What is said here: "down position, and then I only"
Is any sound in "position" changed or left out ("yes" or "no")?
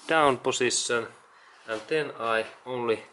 yes